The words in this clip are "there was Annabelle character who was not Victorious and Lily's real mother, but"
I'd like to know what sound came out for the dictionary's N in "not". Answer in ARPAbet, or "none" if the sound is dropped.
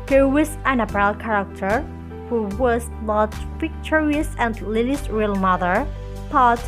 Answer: L